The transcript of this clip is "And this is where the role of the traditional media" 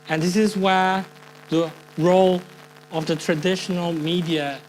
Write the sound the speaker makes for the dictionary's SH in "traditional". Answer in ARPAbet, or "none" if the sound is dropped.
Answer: SH